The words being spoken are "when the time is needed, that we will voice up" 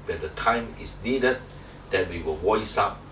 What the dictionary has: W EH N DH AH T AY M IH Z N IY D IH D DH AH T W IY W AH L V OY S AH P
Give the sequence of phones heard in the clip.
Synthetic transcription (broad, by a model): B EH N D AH T AY M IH S N IY D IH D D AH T W IY W AH L W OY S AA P